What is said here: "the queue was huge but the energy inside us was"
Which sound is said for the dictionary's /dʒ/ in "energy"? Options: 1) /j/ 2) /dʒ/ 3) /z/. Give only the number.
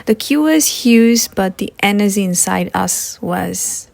3